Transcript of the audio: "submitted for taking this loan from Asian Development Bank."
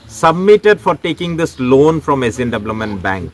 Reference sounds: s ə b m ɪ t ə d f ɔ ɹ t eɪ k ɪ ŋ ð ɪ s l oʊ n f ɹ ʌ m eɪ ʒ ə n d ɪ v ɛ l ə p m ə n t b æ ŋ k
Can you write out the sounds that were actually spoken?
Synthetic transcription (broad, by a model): s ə b m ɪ t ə d f ɔ ɹ t eɪ k ɪ ŋ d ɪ s l oʊ n f ɹ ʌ m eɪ z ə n d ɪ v l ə m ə n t b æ ŋ k